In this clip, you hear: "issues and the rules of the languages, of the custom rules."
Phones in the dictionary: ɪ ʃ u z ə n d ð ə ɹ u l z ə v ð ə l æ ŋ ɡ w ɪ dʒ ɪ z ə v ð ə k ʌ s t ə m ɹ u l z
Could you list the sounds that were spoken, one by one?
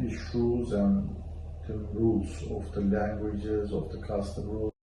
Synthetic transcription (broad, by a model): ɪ ʃ u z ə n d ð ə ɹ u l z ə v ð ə l æ ŋ ɡ w ɪ dʒ ɪ z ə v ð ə k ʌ s t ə m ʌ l